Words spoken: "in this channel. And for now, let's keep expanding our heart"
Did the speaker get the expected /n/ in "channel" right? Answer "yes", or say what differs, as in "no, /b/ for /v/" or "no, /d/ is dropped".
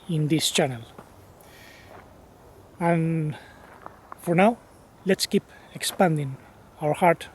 yes